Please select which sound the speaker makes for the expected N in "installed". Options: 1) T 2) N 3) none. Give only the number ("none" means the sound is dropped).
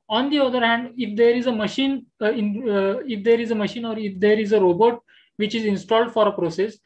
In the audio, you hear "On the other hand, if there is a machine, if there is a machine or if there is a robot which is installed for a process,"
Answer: 2